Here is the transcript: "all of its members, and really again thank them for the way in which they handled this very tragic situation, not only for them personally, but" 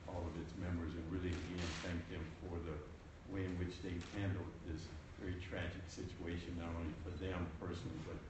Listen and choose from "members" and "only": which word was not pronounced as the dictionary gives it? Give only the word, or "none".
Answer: members